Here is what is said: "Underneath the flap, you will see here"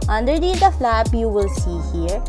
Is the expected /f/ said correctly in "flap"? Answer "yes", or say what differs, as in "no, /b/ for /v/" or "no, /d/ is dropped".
yes